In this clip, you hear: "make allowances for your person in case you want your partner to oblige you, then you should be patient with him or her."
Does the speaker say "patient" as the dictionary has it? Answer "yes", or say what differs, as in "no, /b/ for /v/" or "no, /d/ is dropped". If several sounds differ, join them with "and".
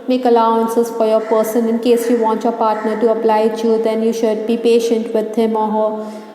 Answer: yes